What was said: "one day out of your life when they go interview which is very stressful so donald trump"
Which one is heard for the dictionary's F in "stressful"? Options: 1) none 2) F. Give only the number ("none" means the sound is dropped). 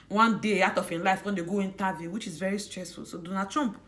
2